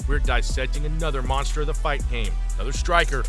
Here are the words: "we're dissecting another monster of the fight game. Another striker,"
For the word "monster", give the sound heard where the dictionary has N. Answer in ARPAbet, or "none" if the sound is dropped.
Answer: N